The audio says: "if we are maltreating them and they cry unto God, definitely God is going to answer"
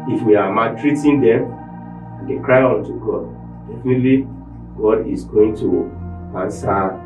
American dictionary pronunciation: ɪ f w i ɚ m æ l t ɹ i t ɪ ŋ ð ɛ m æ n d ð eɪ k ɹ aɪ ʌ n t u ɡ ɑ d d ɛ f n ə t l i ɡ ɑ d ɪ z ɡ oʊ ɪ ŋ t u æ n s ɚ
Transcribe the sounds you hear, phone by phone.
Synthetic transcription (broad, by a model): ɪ f w i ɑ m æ t ɹ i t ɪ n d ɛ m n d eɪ k ɹ aɪ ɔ n t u ɡ ɑ d d ɛ f n ə t l i ɡ ɑ d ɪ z ɡ oʊ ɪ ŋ t u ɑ n s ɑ